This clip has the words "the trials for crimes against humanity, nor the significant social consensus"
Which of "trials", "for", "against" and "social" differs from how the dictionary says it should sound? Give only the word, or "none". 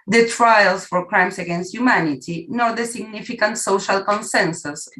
trials